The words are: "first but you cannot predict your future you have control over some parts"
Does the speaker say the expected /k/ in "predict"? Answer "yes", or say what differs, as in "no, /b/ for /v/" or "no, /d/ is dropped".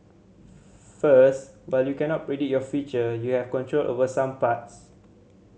no, /k/ is dropped